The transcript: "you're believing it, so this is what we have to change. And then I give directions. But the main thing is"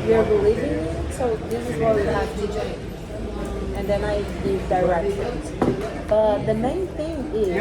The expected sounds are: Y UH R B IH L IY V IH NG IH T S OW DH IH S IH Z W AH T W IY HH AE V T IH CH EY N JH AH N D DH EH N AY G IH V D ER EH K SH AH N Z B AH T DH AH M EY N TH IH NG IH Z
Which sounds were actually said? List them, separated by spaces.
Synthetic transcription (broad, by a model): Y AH R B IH L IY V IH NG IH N S OW DH IH S IH Z W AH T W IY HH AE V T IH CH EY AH N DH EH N AY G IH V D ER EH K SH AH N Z B AH T DH AH M EY N TH IH NG IH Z